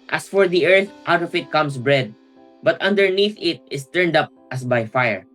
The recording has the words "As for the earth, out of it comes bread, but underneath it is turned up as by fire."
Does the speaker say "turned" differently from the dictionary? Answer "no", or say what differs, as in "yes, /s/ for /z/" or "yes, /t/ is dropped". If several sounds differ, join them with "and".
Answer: no